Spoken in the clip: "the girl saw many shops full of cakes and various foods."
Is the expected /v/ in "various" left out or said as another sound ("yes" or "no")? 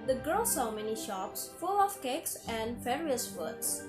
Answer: yes